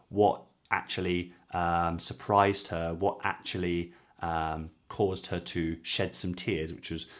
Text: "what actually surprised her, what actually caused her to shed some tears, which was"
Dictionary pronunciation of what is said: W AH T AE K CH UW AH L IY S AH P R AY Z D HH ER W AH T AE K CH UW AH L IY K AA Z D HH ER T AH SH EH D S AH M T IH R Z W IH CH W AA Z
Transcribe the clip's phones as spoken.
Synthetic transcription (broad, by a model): W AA T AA K CH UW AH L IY S AH P R AY Z D HH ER W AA T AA K CH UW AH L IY K AA Z D HH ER T AH SH EH D S AH M T IH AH Z W IH CH W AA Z